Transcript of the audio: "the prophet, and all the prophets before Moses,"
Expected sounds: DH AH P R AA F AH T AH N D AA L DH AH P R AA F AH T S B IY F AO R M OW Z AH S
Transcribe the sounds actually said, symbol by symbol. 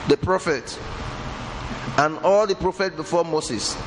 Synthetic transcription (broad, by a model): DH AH P R AA F AH T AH N AA L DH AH P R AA F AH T B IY F AO M OW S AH S